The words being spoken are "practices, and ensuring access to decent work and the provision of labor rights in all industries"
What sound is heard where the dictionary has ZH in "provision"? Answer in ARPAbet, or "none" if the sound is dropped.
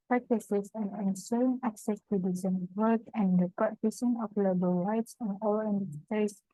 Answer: S